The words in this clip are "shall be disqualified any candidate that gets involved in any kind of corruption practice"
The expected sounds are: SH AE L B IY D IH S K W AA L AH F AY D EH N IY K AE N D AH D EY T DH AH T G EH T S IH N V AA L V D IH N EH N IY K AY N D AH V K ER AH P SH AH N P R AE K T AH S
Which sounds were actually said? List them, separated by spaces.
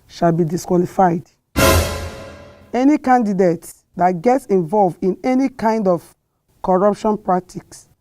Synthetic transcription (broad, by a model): SH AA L B IY D IH S K W AA L AH F AY D EH N IY K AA N D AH D EY T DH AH T G EH T S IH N V AA L V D IH N EH N IY K AY N D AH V K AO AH P SH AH N P R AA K T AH S